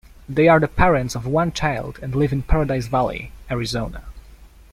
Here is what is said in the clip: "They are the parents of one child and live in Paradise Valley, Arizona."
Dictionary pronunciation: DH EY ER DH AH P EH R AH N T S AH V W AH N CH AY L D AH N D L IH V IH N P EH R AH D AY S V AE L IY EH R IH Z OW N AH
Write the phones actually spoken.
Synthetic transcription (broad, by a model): DH EY ER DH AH P EH R AH N T S AH V W AH N CH AY L D AH N D L IH V IH N P EH R AH D AY S V AE L IY EH R IH Z OW N AH